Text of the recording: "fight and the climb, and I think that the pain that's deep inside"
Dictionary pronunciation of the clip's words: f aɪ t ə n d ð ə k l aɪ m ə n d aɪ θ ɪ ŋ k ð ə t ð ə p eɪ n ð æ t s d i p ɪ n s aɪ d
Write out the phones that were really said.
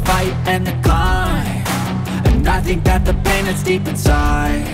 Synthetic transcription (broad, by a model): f aɪ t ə n ð ə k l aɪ ə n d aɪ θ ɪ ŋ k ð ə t ð ə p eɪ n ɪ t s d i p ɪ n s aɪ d